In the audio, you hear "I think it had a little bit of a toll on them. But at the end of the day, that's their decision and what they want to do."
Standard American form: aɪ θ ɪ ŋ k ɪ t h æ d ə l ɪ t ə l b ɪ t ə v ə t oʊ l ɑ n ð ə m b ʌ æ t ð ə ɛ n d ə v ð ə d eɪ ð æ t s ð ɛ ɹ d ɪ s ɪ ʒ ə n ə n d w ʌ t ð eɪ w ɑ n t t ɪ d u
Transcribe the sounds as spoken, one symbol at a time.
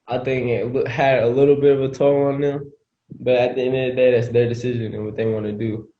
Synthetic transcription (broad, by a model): aɪ θ ɪ ŋ k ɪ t h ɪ d ə l ɪ t l b ɪ t ə v ə t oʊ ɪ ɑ n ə b ʌ t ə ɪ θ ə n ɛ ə d eɪ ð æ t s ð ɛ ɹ d ɪ s ɪ ʒ ə n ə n w ʌ t ð eɪ w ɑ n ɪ d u